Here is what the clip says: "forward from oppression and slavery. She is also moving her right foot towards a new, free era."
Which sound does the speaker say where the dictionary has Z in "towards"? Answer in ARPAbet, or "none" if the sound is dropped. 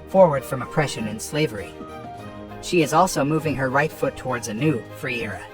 Z